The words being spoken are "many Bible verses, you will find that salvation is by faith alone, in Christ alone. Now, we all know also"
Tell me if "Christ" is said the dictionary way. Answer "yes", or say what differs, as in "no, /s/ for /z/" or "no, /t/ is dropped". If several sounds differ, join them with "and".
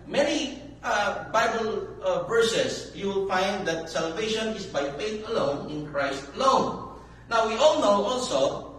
yes